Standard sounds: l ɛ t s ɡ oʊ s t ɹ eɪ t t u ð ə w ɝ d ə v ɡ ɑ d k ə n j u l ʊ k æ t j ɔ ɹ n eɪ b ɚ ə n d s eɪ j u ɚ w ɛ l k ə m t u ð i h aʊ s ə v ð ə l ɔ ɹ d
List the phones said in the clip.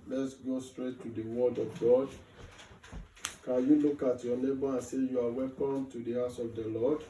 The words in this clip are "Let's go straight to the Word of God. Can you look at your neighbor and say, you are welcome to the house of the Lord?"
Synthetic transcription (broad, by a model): l ɛ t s ɡ oʊ s t ɹ eɪ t t u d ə w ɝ d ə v ɡ ɑ d k ə n j u l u k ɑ t j ɔ n eɪ b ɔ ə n s eɪ j u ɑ w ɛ k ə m t u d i h aʊ s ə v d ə l ɔ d